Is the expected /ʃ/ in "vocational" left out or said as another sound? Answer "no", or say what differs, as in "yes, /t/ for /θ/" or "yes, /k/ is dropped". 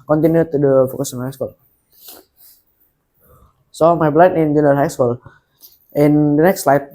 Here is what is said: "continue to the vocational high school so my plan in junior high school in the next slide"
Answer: yes, /s/ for /ʃ/